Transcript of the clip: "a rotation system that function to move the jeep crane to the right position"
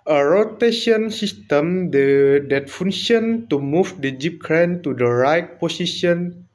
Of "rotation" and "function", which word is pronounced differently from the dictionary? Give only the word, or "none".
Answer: function